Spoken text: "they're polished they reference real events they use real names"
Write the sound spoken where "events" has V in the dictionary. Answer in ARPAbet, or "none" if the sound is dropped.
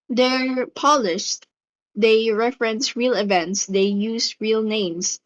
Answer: V